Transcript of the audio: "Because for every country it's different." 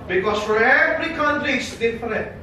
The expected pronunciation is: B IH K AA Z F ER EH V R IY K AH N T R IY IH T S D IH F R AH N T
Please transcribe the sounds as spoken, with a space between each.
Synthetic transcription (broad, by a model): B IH K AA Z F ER EH V R IY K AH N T IY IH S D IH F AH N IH